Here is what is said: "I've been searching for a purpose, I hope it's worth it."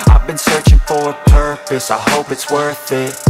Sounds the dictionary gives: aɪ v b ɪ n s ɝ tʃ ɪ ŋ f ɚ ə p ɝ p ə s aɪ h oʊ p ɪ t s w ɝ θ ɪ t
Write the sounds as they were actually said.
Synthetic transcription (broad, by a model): aɪ v b ɪ n s ɝ tʃ ɪ ŋ f ɚ ə p ɝ p ə s aɪ h oʊ p ɪ t s w ɝ θ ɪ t